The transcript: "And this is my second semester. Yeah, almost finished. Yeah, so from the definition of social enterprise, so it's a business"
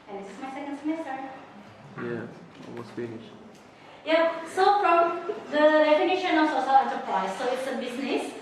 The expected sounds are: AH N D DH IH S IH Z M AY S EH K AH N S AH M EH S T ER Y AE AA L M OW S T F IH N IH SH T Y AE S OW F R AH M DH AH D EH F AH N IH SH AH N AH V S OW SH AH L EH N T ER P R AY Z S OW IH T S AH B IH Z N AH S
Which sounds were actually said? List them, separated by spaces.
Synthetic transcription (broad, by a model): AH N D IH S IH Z M AY S EH K AH N S AH M EH S T ER Y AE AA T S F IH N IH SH Y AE S OW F R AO M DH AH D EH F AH N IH SH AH N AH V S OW S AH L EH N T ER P R AY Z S OW IH T S AH B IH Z N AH S